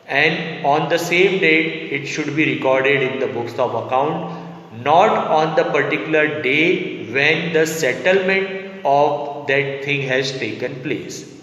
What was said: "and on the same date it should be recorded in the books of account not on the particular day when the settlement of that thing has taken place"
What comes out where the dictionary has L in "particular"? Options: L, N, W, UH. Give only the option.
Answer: L